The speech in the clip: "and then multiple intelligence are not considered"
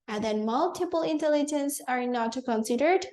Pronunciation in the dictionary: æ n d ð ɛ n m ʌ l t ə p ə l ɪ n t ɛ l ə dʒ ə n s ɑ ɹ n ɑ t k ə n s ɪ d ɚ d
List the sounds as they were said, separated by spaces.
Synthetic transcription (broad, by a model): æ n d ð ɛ n m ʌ l t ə p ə l ɪ n t ɛ l ə dʒ ə n s ɑ ɹ n ɑ t k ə n s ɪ d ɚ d